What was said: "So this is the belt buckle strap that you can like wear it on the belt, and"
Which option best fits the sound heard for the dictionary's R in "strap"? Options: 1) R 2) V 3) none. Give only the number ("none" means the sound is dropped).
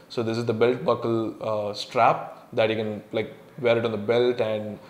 1